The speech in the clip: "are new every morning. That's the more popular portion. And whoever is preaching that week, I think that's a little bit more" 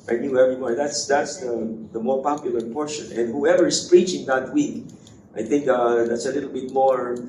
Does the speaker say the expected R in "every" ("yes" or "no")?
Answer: no